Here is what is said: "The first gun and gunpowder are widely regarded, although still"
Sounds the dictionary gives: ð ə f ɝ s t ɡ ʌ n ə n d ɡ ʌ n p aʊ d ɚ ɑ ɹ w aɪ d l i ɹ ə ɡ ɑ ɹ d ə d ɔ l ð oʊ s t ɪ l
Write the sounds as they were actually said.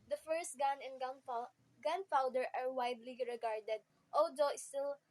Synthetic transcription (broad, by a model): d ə f ɝ s t ɡ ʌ n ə n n ɡ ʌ n f aʊ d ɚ ɑ ɹ w aɪ d l i ɹ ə ɡ ɑ ɹ d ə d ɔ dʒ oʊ s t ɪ l